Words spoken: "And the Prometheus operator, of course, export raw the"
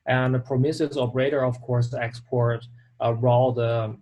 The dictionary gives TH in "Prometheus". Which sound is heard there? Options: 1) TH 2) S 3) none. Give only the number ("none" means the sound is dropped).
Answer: 2